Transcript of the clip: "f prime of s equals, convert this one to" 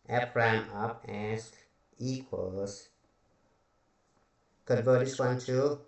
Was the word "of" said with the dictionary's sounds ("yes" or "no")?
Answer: no